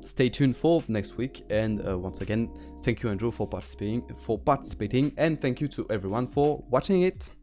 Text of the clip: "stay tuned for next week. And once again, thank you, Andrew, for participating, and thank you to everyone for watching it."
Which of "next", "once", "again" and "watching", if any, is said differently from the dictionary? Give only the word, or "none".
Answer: none